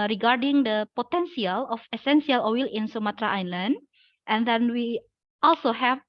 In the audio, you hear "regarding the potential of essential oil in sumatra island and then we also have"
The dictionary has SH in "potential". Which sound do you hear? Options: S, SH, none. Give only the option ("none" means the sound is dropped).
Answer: S